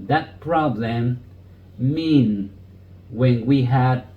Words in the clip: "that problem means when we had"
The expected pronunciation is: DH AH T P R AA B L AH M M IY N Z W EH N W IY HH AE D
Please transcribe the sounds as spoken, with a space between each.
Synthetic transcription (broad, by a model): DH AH T P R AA B L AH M M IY N W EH N W IY HH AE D